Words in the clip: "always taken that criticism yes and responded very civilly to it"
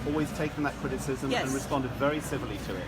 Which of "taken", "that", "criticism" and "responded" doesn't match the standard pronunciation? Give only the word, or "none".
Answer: none